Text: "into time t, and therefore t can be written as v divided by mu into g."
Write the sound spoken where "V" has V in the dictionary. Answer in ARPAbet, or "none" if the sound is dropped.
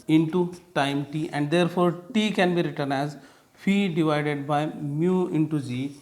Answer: F